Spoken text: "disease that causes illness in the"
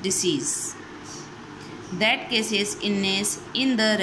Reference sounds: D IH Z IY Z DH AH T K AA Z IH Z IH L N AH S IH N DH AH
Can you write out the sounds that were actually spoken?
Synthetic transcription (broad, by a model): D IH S IY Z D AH T K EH S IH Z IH N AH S IH N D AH